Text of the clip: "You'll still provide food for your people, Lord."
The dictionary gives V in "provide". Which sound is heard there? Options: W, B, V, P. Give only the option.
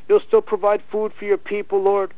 V